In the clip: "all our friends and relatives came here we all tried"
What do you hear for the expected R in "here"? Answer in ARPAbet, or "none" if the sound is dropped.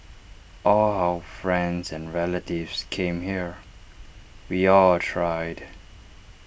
R